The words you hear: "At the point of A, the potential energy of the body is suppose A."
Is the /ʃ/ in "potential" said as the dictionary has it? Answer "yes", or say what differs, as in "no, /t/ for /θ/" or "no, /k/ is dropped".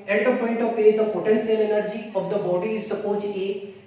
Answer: no, /s/ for /ʃ/